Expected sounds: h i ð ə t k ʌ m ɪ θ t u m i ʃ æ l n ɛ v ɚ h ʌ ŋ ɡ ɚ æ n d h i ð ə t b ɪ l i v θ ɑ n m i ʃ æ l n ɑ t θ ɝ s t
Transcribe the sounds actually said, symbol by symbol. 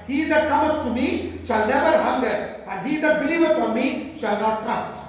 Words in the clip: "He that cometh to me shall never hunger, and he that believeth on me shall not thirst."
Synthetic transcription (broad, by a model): h i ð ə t k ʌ m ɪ s t u m i ʃ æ l n ɛ v ɚ h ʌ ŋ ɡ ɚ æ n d h i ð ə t b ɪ l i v f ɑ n m i ʃ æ l n ɑ t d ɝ s t